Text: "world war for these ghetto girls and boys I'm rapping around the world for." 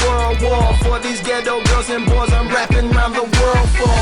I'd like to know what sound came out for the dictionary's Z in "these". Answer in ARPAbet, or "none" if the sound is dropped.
Z